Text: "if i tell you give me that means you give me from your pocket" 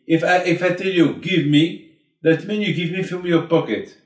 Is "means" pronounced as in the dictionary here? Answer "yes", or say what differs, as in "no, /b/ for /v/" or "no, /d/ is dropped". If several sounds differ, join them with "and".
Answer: no, /z/ is dropped